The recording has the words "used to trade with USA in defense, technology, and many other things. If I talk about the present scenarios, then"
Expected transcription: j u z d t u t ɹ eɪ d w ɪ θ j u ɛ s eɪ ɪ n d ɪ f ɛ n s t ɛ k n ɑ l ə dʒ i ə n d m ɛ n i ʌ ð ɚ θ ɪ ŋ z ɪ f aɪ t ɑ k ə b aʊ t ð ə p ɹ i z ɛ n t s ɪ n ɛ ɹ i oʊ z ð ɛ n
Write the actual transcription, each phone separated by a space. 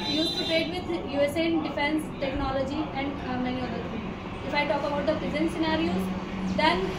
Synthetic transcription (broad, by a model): j u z t u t ɹ eɪ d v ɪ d j u ɛ s eɪ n d ɪ f ɛ n s t ɛ k n ɑ l ə dʒ i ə n d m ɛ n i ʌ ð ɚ t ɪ ɪ f aɪ t ɑ k ə b aʊ t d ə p ɹ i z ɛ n s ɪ n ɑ ɹ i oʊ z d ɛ n